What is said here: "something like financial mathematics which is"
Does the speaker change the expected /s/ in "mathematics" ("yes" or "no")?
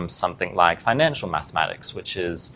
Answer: no